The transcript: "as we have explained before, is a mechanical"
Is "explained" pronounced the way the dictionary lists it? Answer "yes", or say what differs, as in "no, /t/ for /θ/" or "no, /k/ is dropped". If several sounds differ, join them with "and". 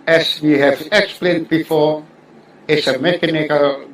yes